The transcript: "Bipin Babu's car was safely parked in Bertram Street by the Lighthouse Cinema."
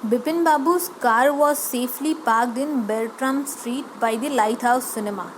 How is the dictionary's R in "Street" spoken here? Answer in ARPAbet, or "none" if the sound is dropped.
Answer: R